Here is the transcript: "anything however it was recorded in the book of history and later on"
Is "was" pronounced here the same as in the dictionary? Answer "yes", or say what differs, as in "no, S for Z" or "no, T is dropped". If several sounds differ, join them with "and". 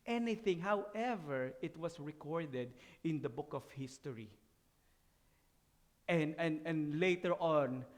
no, S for Z